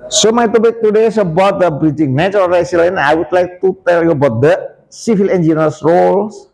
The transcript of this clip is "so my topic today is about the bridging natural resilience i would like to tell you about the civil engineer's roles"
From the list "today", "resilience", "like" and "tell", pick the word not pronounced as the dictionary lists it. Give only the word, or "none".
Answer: resilience